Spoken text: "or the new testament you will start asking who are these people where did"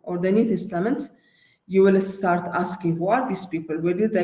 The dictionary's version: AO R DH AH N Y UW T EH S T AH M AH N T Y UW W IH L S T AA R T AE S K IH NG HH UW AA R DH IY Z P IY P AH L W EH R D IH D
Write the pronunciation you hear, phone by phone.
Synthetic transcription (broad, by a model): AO R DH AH N Y UW T EH S T AH M AH N T Y UW W IH L S T AA R T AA S K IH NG HH UW AA R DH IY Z P IY P AH L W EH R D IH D